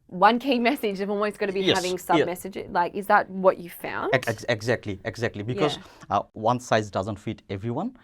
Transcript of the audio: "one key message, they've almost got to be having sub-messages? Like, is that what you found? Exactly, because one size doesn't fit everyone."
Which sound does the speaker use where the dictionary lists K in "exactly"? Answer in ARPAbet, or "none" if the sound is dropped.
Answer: K